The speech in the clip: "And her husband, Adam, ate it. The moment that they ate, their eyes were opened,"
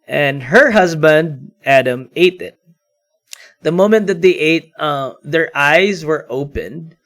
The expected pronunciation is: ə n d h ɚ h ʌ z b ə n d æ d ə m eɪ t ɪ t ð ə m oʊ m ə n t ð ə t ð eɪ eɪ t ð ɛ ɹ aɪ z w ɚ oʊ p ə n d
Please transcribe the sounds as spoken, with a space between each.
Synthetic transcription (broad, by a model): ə n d h ɚ h ʌ z b ə n d æ d ə m eɪ t ɪ t ð ə m oʊ m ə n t ð ə t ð eɪ eɪ t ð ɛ ɹ aɪ z w ɚ oʊ p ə n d